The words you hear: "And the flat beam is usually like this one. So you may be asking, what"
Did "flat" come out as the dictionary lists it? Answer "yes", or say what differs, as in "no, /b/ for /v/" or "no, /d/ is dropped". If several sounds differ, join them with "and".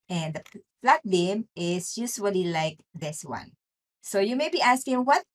no, /p/ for /f/